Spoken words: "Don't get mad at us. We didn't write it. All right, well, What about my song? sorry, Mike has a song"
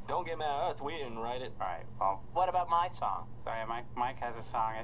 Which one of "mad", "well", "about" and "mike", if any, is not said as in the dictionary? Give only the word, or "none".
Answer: mad